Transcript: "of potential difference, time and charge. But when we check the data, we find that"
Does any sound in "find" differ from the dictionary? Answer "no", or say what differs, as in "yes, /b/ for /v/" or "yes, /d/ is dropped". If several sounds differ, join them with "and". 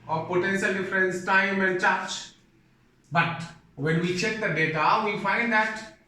no